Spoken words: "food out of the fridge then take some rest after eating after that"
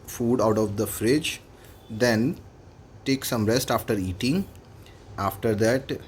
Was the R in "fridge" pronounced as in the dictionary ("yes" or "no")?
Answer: yes